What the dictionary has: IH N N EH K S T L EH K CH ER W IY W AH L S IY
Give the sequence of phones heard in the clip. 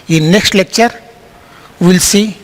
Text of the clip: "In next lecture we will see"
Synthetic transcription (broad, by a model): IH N N EH K S T L EH K CH ER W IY L S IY